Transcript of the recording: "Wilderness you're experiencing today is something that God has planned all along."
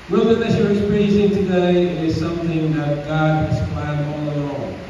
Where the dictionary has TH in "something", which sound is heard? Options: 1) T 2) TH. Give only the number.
2